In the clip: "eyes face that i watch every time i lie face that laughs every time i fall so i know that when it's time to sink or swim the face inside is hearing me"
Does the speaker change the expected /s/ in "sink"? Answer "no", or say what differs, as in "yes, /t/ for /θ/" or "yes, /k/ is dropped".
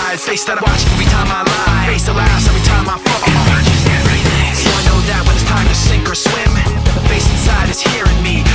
no